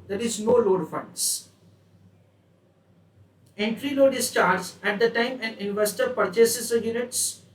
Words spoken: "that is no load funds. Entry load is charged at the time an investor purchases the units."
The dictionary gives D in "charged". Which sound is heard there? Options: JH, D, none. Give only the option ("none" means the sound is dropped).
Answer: none